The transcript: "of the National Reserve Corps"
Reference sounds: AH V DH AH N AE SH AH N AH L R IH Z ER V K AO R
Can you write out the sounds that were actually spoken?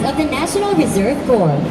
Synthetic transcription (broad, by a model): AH V DH AH N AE SH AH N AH L R IH Z ER V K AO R